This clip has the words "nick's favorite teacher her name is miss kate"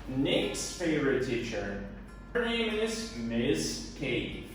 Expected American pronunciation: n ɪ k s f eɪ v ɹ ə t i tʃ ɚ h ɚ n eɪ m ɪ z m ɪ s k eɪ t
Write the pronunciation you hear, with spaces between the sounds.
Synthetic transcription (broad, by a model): n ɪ k s f eɪ v ɹ ə t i tʃ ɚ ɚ n eɪ m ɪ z m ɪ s k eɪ